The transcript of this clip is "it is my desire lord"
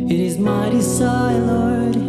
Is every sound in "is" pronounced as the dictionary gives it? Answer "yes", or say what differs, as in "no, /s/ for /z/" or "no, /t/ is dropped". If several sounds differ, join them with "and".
yes